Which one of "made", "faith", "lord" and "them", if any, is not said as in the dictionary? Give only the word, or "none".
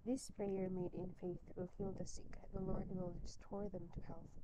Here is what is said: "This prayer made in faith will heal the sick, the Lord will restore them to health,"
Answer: none